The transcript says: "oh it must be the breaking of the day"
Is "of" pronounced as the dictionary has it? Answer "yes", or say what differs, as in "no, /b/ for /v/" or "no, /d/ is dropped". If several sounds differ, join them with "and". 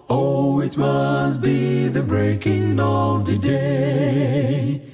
yes